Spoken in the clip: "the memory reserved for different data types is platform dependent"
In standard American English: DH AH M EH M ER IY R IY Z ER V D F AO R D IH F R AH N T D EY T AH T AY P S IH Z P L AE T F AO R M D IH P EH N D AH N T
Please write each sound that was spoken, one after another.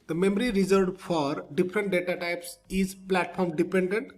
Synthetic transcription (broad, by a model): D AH M EH M ER IY R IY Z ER D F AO R D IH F R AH N T D EY T AH T AY P S IH Z P L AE T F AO R M D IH P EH N D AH N T